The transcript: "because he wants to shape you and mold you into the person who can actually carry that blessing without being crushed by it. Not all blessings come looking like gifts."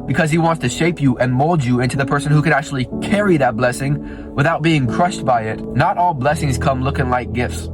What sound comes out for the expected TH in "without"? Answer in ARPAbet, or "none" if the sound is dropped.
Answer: TH